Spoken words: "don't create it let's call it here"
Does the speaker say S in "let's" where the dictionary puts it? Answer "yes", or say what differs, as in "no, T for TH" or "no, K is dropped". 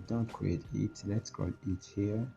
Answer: yes